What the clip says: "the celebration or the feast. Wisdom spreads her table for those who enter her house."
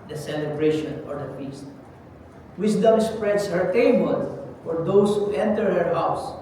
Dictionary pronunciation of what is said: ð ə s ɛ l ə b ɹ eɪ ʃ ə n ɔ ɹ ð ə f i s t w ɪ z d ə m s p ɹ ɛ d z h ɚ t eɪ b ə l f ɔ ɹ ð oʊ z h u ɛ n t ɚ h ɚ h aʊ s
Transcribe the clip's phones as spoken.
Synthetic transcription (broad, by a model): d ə s ɛ l ə b ɹ eɪ ʃ ə n ɔ ɹ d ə f i s t w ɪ s d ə m s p ɹ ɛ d s h ɚ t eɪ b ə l f ɔ ɹ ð oʊ s h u ɛ n t ɚ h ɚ h aʊ s